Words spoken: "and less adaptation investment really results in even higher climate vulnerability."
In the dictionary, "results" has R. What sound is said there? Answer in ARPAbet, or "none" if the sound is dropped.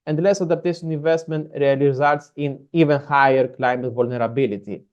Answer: L